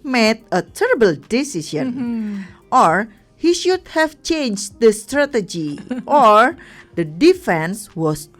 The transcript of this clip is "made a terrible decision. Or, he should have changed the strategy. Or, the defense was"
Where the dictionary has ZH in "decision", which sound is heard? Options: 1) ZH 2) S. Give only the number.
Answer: 2